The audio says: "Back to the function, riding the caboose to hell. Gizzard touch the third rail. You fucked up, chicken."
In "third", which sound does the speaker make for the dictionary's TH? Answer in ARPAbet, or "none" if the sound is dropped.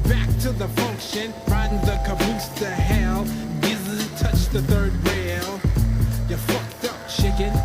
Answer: TH